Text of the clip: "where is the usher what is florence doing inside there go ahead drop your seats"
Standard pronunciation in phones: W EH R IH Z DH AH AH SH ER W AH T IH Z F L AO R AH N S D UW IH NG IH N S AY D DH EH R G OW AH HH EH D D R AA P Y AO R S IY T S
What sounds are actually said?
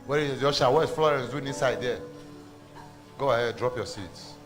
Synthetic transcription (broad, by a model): W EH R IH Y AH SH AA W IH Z F L AO R AH N S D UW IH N IH N S AY D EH G OW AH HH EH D D R AA P Y AO S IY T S